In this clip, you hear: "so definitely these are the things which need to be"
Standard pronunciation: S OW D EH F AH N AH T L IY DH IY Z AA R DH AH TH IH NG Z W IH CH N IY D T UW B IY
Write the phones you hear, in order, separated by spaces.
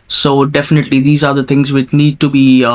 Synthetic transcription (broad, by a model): S OW D EH F AH N AH T L IY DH IY Z AA R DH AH T IH NG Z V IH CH N IY D T UW B IY